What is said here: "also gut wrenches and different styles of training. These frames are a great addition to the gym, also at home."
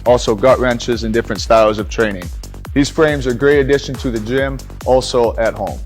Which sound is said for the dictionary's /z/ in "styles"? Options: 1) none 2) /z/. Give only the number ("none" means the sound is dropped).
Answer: 2